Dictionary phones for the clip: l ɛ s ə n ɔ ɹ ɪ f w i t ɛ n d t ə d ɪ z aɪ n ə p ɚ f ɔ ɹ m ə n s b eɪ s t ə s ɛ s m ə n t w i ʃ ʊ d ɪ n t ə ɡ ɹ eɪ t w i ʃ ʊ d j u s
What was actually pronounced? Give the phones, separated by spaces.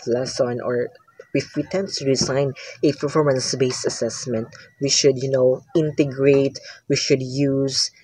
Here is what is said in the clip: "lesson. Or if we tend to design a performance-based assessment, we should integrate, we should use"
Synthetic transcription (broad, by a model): l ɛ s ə n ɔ ɹ ɪ f w i t ɛ n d t ə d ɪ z aɪ n ə p ɚ f ɔ ɹ m ə n s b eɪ s ə s ɛ s m ə n t w i ʃ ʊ d ɪ n t ə ɡ ɹ eɪ t w i ʃ ʊ d j u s